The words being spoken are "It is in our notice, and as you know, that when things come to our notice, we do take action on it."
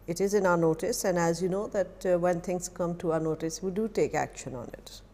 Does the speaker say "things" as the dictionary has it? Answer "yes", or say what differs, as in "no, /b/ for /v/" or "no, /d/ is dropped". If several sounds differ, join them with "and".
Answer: no, /t/ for /θ/